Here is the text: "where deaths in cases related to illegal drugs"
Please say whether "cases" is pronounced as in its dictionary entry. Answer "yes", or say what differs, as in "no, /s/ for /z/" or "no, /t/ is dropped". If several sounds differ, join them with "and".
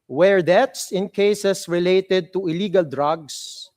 no, /s/ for /z/